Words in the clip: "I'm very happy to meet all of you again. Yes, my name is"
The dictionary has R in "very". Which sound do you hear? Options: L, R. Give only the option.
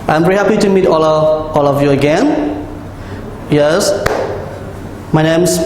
R